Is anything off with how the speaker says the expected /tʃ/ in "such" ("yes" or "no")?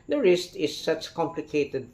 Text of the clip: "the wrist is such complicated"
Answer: no